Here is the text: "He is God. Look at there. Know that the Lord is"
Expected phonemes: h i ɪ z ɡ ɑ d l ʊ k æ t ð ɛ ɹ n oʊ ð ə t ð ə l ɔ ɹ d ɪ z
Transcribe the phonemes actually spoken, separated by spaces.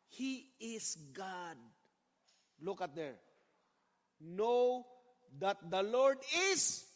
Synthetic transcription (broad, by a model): h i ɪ s ɡ ɑ d l ʊ k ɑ t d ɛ ɹ n oʊ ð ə t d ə l ɔ ɹ d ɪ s